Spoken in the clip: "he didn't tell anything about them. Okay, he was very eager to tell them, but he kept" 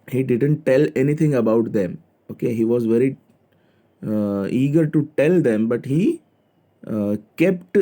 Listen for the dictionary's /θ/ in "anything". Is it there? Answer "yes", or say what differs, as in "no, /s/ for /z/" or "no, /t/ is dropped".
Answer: no, /t/ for /θ/